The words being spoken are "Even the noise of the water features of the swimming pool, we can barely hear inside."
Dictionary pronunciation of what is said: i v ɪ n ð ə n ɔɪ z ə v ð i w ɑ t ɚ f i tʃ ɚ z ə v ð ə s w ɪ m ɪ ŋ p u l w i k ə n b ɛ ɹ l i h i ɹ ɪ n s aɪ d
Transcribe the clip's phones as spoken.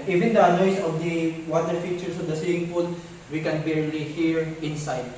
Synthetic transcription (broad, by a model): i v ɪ n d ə n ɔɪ s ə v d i w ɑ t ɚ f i tʃ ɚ s ə v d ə s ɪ ɪ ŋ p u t w i k ə n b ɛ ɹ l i h i ɹ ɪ n s aɪ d